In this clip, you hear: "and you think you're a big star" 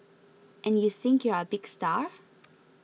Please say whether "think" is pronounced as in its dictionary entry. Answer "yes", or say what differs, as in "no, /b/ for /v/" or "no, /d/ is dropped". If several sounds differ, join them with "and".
yes